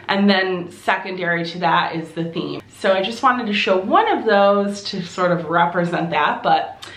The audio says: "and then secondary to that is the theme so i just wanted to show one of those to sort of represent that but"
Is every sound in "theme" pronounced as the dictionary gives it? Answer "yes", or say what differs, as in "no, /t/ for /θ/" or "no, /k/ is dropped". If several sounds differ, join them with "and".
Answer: yes